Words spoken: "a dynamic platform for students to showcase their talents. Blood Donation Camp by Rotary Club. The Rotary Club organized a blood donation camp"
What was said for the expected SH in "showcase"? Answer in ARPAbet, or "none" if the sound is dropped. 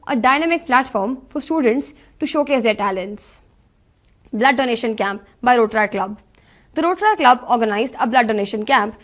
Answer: SH